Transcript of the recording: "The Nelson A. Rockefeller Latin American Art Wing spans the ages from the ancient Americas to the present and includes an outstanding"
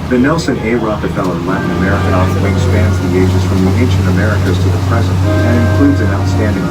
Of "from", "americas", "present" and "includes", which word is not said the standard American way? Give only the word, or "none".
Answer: none